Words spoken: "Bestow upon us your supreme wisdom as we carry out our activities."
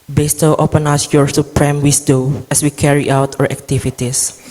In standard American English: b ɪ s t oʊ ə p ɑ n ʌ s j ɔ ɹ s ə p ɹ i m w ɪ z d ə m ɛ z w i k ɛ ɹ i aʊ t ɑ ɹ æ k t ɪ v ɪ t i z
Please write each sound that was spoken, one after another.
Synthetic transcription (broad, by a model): b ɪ s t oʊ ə p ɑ n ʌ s j ɔ ɹ s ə p ɹ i m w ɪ s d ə ɛ s w i k ɛ ɹ i aʊ t ɑ ɹ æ k t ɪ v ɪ t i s